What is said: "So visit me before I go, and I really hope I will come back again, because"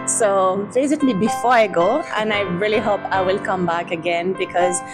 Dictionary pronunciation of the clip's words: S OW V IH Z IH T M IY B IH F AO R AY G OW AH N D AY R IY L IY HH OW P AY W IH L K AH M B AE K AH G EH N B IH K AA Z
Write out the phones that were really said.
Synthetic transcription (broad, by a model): S OW B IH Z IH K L IY B IH F AO R AY G OW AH N AY R IY L IY HH OW P AY W IH L K AH M B AE K AH G EH N B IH K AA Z